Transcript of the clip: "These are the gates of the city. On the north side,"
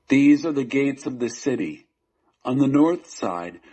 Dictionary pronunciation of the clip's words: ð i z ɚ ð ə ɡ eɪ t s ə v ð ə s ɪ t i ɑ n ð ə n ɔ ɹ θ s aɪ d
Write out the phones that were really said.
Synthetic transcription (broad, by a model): ð i z ɚ ð ə ɡ eɪ t s ə v ð ə s ɪ t i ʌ n ð ə n ɔ ɹ θ s aɪ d